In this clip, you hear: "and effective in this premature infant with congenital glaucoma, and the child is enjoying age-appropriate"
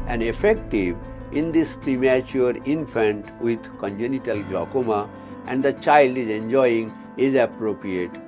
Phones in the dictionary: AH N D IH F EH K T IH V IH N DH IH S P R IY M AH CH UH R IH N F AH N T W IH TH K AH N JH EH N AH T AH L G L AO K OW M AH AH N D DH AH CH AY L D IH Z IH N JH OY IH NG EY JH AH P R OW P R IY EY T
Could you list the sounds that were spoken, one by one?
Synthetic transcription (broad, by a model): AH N D IH F EH K T IH V IH N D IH S P R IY M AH CH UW R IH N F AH N T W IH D K AH N JH EH N AH T AH L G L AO K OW M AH AH N D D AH CH AY L D IH Z IH N JH OY IH NG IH Z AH P R OW P R IY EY T